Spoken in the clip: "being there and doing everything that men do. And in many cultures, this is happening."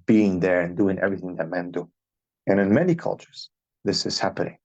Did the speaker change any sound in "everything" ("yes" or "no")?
no